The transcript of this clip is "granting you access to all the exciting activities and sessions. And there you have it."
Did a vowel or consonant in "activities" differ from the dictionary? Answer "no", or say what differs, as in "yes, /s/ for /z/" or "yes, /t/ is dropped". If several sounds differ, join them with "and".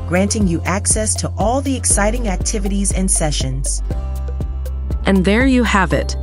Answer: no